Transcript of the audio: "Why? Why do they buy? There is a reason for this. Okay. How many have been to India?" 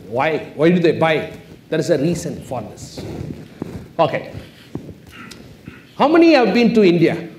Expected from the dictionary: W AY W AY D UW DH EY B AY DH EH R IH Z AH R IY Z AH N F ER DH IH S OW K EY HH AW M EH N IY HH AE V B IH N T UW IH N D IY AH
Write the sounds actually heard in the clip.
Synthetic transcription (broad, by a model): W AY W AY D UW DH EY B AY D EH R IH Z AH R IY S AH N F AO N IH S OW K EY HH AW M EH N IY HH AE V B IH N T UW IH N D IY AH